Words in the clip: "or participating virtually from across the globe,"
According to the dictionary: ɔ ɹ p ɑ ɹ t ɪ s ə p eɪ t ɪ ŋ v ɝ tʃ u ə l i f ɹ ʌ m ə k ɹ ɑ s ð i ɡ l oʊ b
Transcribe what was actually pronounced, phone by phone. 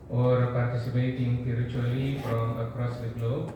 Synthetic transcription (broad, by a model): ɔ ɹ p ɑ ɹ t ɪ s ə p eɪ t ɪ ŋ p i tʃ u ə l i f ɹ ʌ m ə k ɹ ɑ s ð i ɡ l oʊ